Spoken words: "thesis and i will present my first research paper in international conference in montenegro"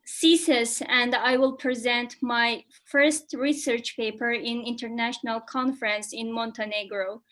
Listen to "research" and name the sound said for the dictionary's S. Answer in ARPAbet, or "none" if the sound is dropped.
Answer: S